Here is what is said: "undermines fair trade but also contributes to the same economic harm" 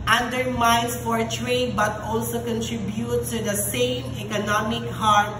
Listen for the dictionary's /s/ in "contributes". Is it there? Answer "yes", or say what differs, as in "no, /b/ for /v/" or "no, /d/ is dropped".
no, /s/ is dropped